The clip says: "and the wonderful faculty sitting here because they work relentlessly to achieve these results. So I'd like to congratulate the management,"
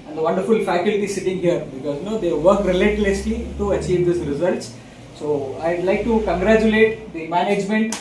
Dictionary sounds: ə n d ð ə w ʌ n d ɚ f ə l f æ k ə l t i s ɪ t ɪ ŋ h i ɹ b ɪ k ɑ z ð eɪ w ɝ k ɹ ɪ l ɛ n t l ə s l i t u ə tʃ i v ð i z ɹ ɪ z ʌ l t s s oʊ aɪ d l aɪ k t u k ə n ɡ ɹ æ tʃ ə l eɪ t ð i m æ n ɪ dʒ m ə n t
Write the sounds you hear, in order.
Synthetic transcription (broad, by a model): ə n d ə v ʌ n d ɚ f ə l f æ k ə l t i s ɪ t ɪ ŋ h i ɹ b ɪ k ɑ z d eɪ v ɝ k ɹ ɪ l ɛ t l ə s l i t u ə tʃ i v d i s ɹ ɪ z ʌ l t s s oʊ aɪ d l aɪ k t u k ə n ɡ ɹ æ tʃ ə l eɪ t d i m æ n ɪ dʒ m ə n t